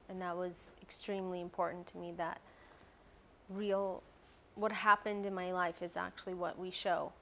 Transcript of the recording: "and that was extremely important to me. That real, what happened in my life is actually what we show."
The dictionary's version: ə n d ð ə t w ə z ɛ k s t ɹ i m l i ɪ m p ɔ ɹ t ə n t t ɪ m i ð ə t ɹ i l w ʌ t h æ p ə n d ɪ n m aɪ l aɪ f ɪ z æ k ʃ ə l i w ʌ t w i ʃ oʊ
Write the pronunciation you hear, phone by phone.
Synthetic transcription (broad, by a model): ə n ð ə t w ə z ɛ k s t ɹ i m l i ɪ m p ɔ ɹ t n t t ɪ m i ð ə t ɹ i l w ʌ t h æ p ə n d ɪ n m aɪ l aɪ f ɪ z æ k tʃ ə l i w ʌ t w i ʃ oʊ